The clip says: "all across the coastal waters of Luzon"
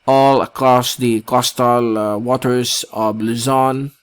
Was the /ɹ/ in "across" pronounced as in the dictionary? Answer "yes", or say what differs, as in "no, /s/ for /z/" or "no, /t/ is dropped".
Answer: yes